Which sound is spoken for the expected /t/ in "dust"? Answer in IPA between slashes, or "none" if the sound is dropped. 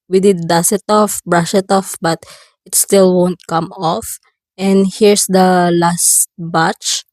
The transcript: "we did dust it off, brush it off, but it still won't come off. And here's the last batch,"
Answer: none